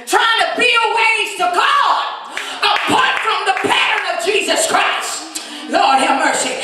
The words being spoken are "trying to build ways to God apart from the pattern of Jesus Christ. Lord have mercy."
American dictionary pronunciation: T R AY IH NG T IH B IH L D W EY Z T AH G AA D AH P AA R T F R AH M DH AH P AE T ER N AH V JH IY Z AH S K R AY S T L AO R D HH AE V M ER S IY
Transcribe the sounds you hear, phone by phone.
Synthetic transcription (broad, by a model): T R AY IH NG T IH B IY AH W EY Z T AH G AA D AH P AA R T F R AH M DH AH P AE T ER N AH V JH IY Z AH S K R AY S T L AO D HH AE M ER S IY